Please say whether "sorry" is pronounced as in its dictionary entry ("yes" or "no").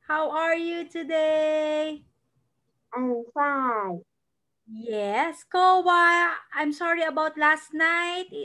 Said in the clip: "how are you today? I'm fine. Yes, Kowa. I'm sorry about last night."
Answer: yes